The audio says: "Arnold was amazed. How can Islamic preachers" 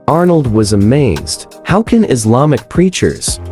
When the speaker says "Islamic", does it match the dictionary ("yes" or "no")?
yes